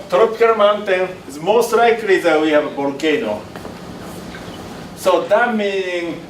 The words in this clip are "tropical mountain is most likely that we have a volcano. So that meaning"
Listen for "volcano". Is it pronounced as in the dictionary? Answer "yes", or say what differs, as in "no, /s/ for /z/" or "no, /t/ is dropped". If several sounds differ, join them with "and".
no, /b/ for /v/